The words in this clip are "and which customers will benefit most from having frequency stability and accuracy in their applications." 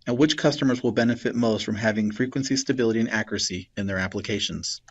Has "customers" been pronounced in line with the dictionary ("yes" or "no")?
yes